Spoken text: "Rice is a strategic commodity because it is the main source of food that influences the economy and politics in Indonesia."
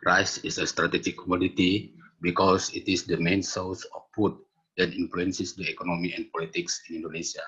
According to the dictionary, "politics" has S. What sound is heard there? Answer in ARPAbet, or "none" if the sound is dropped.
S